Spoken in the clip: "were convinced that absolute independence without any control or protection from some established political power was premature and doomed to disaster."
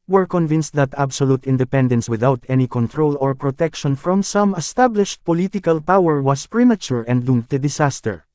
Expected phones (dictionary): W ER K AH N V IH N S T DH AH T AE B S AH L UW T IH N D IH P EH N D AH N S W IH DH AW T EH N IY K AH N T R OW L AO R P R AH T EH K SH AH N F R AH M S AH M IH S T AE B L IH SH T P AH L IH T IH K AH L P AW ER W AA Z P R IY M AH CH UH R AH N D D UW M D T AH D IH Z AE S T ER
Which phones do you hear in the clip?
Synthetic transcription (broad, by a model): W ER K AH N V IH N S T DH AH T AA B S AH L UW T IH N D IH P EH N D AH N S W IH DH AW T EH N IY K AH N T R OW L AO R P R AH T EH K SH AH N F R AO M S AH M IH S T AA B L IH SH T P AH L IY T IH K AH L P AW ER W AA S P R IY M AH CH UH R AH N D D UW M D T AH D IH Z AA S T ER